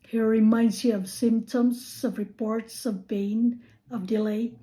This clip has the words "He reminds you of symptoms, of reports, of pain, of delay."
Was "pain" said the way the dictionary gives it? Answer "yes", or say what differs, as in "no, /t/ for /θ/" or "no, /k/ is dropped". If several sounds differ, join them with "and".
no, /b/ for /p/